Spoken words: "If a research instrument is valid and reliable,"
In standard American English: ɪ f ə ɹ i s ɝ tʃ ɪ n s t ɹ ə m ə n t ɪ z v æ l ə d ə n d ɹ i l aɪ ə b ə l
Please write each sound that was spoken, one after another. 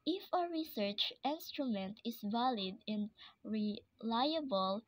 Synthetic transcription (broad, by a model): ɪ f ə ɹ i s ɝ tʃ ɪ n s t ɹ ə m ə n t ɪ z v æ l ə d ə n ɹ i l aɪ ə b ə l